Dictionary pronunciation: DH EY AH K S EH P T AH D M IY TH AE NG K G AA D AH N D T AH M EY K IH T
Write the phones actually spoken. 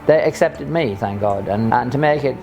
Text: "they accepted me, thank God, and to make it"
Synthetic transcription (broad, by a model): DH EY AH K S EH P T AH D M IY TH AE NG K G AA D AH N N T AH M EY K IH T